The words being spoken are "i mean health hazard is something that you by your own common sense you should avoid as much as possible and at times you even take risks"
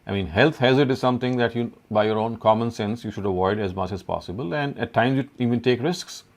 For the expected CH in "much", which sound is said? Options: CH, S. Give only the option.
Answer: CH